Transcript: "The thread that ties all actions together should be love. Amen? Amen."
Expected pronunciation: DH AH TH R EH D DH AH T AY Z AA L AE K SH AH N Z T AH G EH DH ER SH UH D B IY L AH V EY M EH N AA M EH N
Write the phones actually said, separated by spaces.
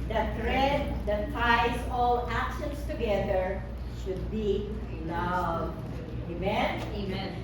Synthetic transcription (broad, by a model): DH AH T R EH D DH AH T AY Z AA L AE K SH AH N S T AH G EH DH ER SH UH D B IY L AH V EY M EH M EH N